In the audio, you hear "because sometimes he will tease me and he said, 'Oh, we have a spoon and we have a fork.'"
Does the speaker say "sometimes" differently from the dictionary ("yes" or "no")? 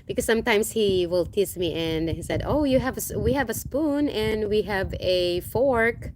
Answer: yes